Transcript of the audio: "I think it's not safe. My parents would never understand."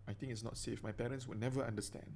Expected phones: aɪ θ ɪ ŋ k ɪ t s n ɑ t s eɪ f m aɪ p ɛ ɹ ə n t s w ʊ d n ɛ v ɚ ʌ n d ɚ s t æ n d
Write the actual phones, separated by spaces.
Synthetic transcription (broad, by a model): aɪ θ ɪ ŋ ɪ t s n ɑ t s eɪ f m aɪ p ɛ ɹ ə n s w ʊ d n ɛ v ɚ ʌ n d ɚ s t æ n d